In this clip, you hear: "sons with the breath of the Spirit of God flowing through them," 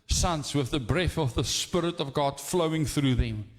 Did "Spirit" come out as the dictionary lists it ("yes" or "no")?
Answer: yes